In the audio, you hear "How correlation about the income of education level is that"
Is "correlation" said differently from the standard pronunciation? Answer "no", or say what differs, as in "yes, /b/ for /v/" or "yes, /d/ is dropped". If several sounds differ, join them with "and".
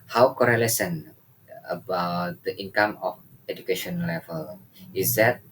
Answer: yes, /s/ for /ʃ/